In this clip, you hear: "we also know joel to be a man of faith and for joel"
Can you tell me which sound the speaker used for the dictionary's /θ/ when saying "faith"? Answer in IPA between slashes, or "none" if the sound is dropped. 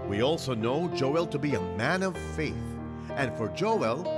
/θ/